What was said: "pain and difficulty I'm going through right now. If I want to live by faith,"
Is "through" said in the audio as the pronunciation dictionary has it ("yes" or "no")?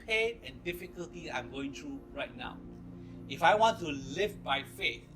no